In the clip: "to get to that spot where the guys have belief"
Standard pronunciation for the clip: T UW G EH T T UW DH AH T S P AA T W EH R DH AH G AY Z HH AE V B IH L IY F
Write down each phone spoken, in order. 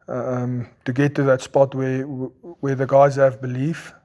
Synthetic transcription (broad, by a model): T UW G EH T T UW DH AH T S P AA T W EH W DH AH G AY Z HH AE V B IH L IY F